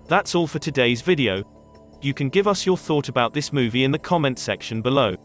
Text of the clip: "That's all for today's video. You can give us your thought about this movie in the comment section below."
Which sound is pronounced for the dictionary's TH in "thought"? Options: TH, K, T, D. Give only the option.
TH